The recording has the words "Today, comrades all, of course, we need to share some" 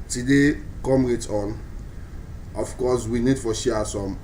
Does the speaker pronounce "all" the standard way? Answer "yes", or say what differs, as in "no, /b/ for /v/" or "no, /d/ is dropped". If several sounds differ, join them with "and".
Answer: no, /n/ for /l/